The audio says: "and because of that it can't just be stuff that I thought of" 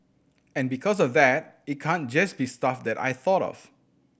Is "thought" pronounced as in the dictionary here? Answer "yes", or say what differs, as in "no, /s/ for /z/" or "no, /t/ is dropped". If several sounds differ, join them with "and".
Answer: yes